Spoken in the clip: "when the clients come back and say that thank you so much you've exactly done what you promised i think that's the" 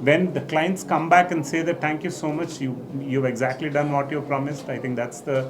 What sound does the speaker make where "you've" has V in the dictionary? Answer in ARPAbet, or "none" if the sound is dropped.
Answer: V